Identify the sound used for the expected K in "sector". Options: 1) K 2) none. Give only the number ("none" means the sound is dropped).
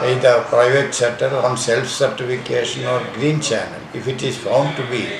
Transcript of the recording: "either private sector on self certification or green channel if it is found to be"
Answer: 2